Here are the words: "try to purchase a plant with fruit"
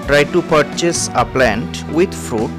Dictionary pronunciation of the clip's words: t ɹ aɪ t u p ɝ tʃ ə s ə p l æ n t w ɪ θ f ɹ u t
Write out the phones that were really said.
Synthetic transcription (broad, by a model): t ɹ aɪ t u p ɝ tʃ ə s ə p l æ n t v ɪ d f ɹ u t